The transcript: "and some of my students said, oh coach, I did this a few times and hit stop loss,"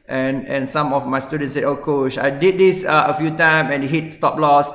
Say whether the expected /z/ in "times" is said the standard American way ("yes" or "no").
no